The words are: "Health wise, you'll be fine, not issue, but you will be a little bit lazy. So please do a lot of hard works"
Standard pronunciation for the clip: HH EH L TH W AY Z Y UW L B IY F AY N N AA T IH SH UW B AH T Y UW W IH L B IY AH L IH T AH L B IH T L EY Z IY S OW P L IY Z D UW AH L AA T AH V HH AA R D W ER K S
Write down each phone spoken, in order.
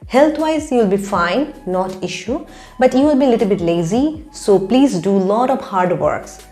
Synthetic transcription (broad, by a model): HH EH L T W AY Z Y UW L B IY F AY N N AA T IH SH UW B AH T Y UW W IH L B IY AH L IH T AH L B IH T L EY Z IY S OW P L IY Z D UW L AA T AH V HH AA R D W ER K S